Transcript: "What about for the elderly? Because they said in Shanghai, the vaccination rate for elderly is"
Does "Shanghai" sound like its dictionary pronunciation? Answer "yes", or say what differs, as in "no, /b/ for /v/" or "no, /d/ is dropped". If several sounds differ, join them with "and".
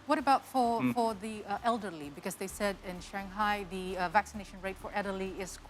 yes